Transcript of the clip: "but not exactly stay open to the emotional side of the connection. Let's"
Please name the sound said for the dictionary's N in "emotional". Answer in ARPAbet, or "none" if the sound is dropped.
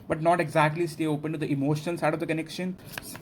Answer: none